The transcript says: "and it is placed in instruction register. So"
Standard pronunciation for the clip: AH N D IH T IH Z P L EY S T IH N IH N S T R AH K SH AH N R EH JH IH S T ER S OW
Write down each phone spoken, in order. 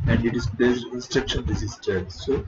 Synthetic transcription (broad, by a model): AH N D IH T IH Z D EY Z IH IH N S T R AH K SH AH N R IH Z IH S T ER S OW